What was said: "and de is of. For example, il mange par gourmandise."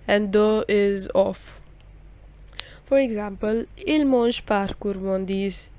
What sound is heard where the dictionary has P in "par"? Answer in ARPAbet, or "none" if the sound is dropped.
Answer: P